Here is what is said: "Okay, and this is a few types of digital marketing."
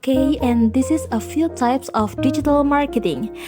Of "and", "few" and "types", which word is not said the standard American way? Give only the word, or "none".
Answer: none